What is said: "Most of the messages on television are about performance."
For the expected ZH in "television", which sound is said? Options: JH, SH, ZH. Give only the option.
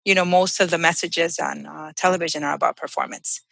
ZH